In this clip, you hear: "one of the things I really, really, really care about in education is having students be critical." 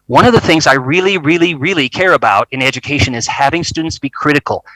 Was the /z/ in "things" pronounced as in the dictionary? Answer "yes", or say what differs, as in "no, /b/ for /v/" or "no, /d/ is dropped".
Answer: yes